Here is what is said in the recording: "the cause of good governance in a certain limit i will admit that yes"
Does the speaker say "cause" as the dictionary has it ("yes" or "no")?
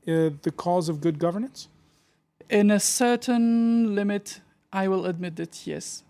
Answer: yes